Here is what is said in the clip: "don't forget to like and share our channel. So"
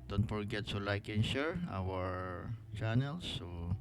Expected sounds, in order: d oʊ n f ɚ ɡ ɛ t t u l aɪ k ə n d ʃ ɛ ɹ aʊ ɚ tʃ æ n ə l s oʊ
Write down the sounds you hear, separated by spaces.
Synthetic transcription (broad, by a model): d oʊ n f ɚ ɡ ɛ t s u l aɪ k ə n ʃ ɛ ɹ aʊ ɚ tʃ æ n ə l s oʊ